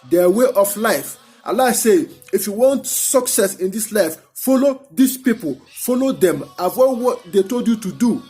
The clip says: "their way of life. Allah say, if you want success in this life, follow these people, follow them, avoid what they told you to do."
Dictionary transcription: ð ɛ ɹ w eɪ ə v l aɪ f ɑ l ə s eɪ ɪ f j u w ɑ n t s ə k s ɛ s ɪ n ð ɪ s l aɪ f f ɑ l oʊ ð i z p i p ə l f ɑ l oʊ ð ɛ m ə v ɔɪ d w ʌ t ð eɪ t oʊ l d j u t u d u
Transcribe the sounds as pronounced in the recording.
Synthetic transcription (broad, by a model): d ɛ w eɪ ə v l aɪ f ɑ l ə s eɪ ɪ f j u w ɑ n t s ə k s ɛ s ɪ n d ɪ s l aɪ f f ɑ l oʊ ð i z p i p ə l f ɑ l oʊ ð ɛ m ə w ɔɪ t w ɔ t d eɪ t oʊ l d j u t u d u